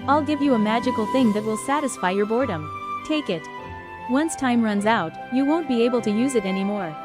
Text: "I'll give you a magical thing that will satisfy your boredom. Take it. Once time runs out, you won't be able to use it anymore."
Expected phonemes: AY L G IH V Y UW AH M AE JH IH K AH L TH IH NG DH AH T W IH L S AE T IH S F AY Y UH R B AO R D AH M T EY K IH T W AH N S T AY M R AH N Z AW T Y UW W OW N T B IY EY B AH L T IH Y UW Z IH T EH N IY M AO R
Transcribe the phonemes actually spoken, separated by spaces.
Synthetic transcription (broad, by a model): AY L G IH V Y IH AH M AE JH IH K L TH IH NG DH AH T W IH L S AE T IH S F AY Y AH R B AO R D AH M T EY K IH T W AH N S T AY M R AH N Z AW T Y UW W OW N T B IY EY B L T IH Y UW Z IH T EH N IY M AO R